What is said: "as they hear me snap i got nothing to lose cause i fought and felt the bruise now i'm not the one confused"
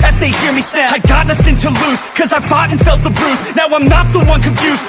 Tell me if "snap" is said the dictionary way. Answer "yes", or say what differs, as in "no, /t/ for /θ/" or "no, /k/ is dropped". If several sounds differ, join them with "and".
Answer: no, /n/ is dropped